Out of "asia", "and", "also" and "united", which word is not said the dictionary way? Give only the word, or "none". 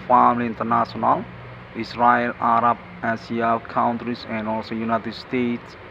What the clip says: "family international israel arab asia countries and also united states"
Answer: asia